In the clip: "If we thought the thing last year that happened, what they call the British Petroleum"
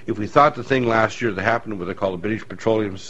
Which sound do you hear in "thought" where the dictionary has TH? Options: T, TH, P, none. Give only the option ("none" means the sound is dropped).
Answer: TH